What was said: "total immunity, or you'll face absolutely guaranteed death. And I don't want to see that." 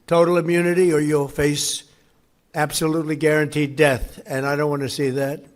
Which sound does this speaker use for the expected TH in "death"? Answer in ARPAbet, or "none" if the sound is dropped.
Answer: TH